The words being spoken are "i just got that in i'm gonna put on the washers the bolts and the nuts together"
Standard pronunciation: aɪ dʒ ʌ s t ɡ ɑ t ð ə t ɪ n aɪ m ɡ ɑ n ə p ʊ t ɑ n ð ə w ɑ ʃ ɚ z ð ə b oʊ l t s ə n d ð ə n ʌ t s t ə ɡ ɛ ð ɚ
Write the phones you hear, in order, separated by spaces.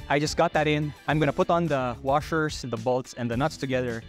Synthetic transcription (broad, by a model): aɪ dʒ ʌ s t ɡ ɑ t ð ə t ɪ n aɪ m ɡ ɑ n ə p ʊ t n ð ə w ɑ ʃ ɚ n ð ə b oʊ l t s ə n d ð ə n ʌ t s t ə ɡ ɛ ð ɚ